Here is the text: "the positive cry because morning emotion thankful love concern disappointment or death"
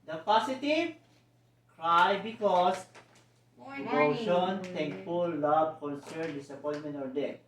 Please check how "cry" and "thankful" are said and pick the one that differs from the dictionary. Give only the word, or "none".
thankful